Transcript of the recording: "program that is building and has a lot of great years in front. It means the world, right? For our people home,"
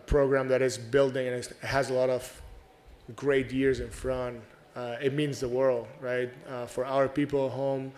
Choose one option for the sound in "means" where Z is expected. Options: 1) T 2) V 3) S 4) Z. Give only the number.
4